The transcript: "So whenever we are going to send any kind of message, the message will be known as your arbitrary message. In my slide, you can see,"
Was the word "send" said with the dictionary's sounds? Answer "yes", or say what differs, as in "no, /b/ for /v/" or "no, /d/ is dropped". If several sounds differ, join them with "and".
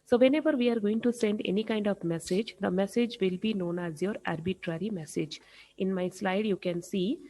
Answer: yes